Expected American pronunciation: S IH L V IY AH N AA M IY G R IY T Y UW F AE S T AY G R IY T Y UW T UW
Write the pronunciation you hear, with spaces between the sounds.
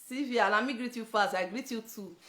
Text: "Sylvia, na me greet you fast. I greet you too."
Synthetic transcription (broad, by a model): S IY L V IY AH L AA M IY G R IY T Y UW F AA S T AY G R IY T Y UW T UW